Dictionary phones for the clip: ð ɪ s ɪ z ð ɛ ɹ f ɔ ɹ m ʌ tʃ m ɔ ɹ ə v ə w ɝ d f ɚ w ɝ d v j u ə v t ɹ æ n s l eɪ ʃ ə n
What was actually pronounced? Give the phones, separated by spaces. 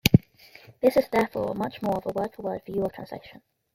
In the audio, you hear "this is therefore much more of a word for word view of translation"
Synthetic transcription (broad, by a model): ð ɪ s ɪ z ð ɛ ɹ f ɔ ɹ m ʌ tʃ m ɔ ɹ ə v ə w ɝ d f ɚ w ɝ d f j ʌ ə t ɹ æ n s l eɪ ʃ ə n